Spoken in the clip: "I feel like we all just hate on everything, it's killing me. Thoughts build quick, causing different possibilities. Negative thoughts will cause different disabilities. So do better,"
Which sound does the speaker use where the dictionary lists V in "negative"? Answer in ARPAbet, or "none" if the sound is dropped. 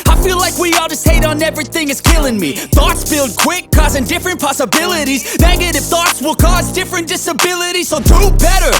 F